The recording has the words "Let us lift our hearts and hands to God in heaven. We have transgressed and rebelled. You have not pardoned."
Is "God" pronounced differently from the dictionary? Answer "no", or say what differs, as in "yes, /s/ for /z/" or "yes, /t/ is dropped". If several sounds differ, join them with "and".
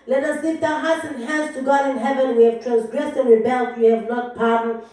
no